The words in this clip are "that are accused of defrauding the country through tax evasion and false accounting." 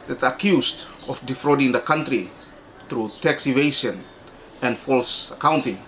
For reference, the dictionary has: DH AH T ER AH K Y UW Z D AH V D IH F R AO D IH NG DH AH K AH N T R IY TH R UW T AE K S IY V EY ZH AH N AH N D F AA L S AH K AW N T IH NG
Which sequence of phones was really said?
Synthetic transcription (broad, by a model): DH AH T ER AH K Y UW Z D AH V D IH F R AO D IH NG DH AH K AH N T R IY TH R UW T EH K S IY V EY SH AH N AH N D F AA L S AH K AW N T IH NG